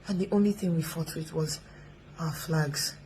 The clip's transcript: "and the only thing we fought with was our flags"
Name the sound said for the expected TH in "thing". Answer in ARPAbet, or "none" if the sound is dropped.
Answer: TH